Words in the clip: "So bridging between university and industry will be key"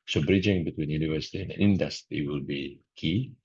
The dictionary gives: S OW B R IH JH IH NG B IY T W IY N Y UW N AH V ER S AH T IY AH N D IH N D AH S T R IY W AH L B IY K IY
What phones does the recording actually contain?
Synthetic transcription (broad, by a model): S OW B R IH JH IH NG B IY T W IY N Y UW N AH V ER S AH T IY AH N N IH N D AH S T IY W AH L B IY K IY